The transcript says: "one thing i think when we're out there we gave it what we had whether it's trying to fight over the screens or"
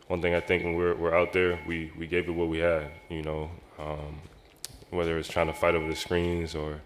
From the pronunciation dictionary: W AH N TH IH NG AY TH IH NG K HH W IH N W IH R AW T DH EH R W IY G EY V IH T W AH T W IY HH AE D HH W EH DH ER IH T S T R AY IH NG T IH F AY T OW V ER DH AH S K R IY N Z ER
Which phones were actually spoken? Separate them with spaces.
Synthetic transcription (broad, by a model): W AH N TH IH NG AY TH IH NG K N W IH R W IH R AW T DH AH R W IY G EY V IH T W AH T W IY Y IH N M W EH DH ER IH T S T R AY IH NG T IH F AY T OW V ER DH AH S K R IY N Z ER